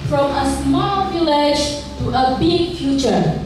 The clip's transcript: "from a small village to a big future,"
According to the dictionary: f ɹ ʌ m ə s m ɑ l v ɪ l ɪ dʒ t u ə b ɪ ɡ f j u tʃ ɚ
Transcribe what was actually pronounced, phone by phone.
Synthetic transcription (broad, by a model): f ɹ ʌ m ə s m ɑ l v ɪ l ɪ dʒ t u ə b ɪ ɡ f j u tʃ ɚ